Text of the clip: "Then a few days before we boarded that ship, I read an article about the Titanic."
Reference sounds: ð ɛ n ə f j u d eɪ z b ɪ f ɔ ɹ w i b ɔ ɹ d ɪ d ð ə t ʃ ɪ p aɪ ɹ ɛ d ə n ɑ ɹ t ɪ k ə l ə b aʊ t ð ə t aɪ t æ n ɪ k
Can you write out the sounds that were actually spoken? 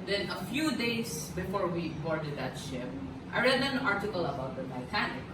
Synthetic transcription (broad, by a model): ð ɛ n ə f j u d eɪ s b ɪ f ɔ ɹ w i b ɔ ɹ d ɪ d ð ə t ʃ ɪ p aɪ ɹ ɛ d ə n ɑ ɹ t ɪ k ə l ə b aʊ t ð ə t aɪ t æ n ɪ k